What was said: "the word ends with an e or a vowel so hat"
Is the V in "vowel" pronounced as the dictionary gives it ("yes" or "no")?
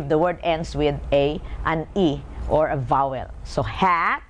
yes